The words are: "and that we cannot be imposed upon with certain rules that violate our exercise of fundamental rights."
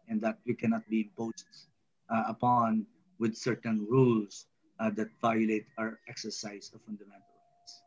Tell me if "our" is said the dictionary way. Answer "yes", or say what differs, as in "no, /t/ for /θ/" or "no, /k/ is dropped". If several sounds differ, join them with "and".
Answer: yes